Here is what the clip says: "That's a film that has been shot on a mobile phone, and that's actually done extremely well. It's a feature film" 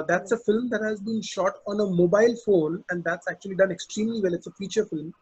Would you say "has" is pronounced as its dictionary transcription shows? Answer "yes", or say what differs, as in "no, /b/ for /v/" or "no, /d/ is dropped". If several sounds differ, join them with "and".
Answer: yes